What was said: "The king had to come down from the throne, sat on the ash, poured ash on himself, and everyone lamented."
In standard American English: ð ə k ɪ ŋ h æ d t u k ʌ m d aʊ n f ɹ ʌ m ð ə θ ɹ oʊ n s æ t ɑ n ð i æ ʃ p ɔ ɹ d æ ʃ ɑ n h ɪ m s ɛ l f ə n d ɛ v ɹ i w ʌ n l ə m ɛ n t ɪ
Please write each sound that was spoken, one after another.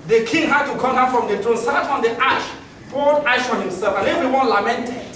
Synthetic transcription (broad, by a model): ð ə k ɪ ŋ h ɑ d t u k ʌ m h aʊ f ɹ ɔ m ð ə t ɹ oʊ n s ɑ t ɑ n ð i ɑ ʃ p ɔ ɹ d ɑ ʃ ɑ n h ɪ m s ɛ l f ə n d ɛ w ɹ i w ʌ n l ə m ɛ n t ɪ